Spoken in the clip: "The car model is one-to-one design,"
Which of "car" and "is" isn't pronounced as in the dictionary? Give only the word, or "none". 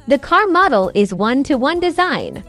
none